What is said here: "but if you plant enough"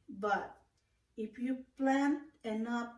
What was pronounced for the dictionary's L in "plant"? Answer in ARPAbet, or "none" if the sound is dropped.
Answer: L